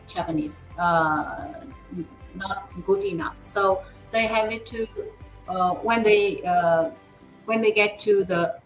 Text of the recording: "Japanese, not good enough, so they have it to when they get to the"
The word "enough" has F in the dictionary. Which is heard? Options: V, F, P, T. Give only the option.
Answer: F